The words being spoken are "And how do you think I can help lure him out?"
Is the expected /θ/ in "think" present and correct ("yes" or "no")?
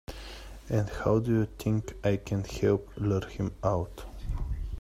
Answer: no